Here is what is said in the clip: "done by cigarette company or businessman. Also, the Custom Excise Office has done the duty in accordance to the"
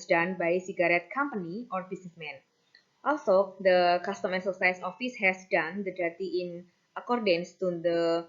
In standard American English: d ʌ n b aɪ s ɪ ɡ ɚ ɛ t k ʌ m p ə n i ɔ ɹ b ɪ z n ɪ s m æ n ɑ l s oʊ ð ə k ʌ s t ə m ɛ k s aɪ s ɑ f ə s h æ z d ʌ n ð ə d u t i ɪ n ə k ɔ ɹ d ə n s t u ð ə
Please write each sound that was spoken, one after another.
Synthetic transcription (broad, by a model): d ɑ n b aɪ s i ɡ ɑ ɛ t k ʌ m p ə n i ɔ ɹ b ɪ s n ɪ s m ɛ n ɑ l s oʊ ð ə k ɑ s t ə m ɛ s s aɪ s ɑ f ə s h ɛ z d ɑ n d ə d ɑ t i ɪ n ə k ɔ ɹ d ə n s t u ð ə